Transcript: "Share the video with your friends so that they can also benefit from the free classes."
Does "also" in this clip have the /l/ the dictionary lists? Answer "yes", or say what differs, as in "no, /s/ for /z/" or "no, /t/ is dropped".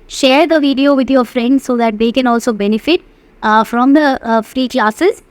yes